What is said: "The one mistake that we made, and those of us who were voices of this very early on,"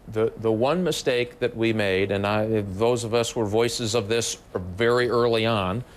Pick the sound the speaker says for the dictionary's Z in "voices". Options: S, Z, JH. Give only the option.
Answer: Z